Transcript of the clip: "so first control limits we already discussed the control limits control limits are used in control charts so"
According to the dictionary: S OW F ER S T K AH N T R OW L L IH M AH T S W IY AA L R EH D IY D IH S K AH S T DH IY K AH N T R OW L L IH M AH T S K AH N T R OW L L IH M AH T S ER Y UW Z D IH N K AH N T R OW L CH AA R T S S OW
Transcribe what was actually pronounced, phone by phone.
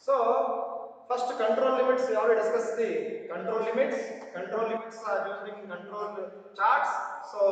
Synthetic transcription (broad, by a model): S OW P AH S T K AH N T R OW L L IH M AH T S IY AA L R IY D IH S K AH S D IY K AH N T R OW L L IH M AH T S K AH N T R OW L L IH M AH T S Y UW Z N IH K K AH N T R OW L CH AA R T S S OW